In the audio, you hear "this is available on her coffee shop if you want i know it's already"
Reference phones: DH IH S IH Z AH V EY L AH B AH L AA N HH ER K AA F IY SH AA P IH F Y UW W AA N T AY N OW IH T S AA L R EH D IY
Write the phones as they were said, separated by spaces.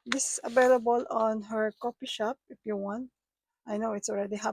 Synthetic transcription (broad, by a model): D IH S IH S AH V EY L AH B AH L AA N HH ER K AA P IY SH AA P IH F Y UW W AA N T AY N OW IH T S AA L R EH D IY